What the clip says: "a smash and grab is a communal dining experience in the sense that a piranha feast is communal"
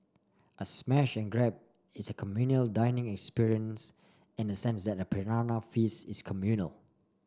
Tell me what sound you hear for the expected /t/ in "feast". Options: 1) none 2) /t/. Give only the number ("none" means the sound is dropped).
1